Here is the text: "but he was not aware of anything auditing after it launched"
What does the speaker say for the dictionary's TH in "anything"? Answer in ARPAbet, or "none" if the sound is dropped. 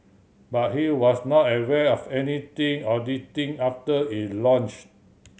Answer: T